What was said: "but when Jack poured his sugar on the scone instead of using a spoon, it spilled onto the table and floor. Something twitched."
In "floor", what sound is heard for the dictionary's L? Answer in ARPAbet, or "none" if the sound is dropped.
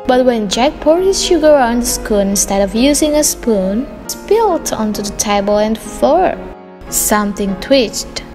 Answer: none